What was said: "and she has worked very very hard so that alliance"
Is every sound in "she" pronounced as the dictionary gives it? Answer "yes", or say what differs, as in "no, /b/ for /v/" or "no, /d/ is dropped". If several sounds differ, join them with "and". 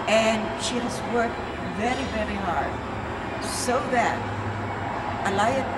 yes